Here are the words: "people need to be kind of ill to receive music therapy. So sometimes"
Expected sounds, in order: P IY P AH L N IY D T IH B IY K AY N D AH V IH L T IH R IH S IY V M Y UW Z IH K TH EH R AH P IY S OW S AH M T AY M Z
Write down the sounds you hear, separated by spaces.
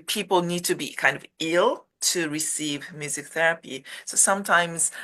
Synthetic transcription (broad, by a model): P IY P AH L N IY D T IH B IY K AY N D AH V IH L T IH R IH S IY V M Y UW Z IH K TH EH R AH P IY S OW S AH M T AY M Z